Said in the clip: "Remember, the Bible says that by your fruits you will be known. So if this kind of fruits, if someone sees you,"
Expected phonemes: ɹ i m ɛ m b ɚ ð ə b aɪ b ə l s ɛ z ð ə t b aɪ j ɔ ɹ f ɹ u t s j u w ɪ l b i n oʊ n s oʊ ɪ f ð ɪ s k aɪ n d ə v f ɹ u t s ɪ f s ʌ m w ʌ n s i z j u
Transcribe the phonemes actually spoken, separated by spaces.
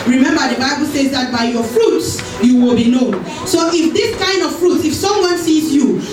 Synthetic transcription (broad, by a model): ɹ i m ɛ m b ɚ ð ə b aɪ b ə l s ɛ z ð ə t b aɪ j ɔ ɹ f ɹ u t s j u w ɪ l b i n oʊ n s oʊ ɪ f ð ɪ s k aɪ n d ə v f ɹ u t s ɪ f s ʌ m w ʌ n s i z j u